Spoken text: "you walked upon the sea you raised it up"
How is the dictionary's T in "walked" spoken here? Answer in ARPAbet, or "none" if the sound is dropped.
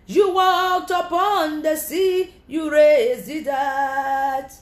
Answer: T